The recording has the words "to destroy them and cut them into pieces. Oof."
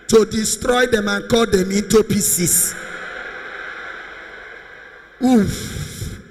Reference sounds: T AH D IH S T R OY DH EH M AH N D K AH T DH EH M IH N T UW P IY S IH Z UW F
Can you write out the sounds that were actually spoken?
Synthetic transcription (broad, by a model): T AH D IH S T R OY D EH M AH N K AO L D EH M IH N T UW P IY S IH S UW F